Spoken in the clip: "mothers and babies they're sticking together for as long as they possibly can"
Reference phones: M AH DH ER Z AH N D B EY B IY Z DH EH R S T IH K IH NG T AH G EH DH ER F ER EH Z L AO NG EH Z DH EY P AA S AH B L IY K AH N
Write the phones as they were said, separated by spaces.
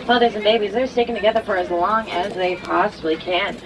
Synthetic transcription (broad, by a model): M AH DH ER Z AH N B EY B IY Z DH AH R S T IH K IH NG T AH G EH DH ER F ER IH Z L AO NG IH Z DH EY P AA S AH B L IY K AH N